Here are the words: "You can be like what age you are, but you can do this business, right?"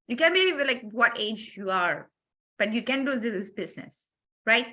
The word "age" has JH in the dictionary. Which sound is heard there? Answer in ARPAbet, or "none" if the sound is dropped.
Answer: JH